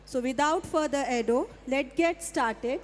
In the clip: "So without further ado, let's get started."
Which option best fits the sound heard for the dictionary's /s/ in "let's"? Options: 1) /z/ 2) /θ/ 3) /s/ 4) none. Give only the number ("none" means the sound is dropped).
4